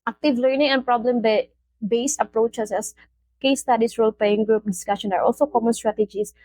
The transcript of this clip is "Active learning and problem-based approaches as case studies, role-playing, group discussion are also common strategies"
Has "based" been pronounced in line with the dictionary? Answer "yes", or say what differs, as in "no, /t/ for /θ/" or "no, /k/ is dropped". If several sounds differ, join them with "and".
no, /t/ is dropped